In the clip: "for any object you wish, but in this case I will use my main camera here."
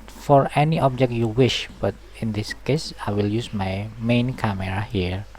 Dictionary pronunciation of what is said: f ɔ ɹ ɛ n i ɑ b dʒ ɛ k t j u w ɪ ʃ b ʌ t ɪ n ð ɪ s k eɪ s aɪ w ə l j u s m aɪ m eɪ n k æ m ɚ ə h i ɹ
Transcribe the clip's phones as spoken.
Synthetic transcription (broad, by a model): f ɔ ɹ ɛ n i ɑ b dʒ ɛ k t j u w ɪ ʃ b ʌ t ɪ n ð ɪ s k eɪ s aɪ w ə l j u s m aɪ m eɪ n k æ m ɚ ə h i ɹ